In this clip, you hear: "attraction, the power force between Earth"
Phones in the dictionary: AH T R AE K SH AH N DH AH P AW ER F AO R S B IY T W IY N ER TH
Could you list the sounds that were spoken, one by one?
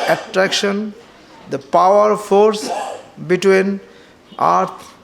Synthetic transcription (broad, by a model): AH T R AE K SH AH N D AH P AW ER F AO R S B IY T W IY N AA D